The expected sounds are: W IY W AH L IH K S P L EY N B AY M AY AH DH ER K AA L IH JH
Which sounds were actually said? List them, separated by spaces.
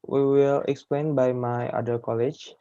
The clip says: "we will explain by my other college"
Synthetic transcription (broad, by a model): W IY W AH L IH K S P L EY N B AY M AY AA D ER K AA L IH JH